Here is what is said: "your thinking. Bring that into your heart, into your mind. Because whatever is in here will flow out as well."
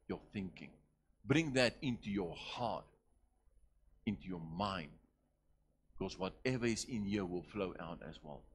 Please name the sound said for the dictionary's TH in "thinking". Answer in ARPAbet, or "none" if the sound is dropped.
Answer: TH